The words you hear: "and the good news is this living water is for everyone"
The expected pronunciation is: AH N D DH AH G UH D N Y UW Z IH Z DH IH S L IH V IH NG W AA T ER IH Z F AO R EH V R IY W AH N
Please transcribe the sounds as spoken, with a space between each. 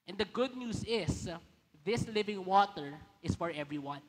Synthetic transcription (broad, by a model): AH N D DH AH G UH D N Y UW S IH S DH IH S L IH V IH NG W AA T ER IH S F AO R EH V R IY W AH N